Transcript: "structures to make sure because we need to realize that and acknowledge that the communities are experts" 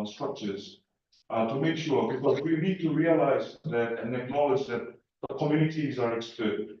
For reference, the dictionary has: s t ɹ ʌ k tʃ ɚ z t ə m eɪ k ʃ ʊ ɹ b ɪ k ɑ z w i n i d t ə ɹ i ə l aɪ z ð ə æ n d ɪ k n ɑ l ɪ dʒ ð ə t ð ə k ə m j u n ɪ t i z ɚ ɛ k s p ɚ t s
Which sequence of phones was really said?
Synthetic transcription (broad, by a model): s t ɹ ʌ k tʃ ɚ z t ə m eɪ k ʃ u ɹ b ɪ k ɑ z w i n i d t ə ɹ i ə l aɪ z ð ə n ɪ k n ɑ l ɪ dʒ ð ə t ð ə k ə m j u n ɪ t i z ɚ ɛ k s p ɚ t